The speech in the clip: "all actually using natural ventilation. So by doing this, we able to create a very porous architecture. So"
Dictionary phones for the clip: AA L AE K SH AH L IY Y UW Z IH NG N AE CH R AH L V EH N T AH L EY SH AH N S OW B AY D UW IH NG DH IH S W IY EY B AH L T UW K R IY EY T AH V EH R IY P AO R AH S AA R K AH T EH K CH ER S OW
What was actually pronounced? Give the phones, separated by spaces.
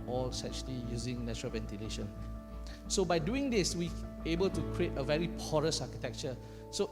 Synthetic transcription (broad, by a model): AA L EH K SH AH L IY Y UW Z IH NG N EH CH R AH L V EH N T AH L EY SH AH N S OW B AY D UW IH NG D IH S W IY EY B AH L T UW K R IY EY T AH V EH R IY P AO R AH S AA K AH T EH K CH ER S OW